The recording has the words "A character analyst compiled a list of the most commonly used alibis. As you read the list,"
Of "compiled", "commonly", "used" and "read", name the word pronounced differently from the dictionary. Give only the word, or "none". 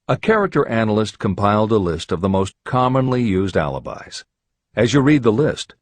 none